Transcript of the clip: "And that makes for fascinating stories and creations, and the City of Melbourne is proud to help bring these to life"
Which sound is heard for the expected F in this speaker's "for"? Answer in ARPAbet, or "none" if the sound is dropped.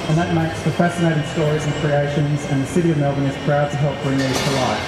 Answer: P